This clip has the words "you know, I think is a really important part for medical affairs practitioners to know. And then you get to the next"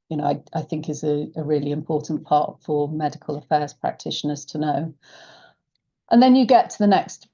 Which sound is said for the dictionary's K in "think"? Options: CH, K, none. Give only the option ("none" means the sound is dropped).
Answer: K